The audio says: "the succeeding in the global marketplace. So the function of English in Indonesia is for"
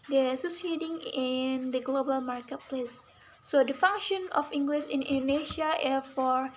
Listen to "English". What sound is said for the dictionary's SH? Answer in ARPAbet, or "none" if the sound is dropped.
S